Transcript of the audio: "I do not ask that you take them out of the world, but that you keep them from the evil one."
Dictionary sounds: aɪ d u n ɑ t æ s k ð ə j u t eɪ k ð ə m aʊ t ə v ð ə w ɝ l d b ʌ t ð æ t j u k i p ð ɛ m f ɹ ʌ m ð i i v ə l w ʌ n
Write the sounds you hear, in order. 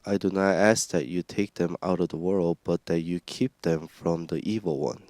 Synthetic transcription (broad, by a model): aɪ d u n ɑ t æ s k ð ə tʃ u t eɪ k ð ə m aʊ t ə v ð ə w ɝ l d b ʌ t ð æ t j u k i p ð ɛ m f ɹ ʌ m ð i i v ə l w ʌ n